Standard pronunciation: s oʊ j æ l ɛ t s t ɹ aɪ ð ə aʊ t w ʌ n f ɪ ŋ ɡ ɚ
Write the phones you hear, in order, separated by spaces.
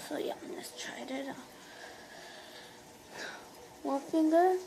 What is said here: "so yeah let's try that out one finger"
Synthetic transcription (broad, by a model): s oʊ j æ n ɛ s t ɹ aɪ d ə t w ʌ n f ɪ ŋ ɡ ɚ